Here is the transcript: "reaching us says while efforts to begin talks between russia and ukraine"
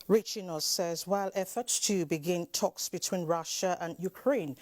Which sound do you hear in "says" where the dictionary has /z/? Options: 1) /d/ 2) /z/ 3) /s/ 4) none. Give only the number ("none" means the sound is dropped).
2